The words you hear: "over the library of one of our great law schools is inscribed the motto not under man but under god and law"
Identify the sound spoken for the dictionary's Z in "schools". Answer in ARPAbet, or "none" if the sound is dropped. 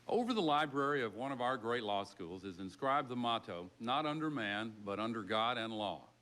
Z